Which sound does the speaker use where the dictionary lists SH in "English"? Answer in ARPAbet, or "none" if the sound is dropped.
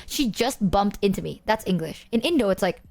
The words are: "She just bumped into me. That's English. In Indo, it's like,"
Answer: SH